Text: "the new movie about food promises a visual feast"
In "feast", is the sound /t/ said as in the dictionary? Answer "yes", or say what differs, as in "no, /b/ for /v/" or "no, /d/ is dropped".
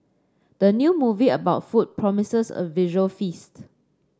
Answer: yes